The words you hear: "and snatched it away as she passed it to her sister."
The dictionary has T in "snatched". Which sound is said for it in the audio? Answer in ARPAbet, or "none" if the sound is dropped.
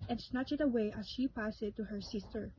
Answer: none